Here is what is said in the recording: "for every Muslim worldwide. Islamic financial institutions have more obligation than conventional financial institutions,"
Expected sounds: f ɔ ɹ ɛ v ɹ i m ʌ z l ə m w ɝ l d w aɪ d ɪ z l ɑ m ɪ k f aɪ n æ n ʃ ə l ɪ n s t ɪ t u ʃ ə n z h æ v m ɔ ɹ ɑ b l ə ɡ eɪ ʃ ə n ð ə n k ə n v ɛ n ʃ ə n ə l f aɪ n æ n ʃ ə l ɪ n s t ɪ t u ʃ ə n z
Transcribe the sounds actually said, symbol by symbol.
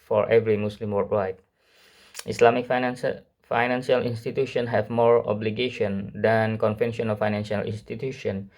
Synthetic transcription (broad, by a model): f ɔ ɹ ɛ v ɹ i m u s l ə m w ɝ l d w aɪ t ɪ s l ɑ m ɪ k f aɪ n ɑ n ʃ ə l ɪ n s t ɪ t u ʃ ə n h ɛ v m ɔ ɹ ɑ b l ə ɡ eɪ ʃ ə n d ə n k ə n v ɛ n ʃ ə n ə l f aɪ n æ n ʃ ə l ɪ n s t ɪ t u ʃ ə n